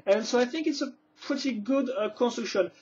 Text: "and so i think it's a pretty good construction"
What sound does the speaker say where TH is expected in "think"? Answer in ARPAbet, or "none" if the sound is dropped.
TH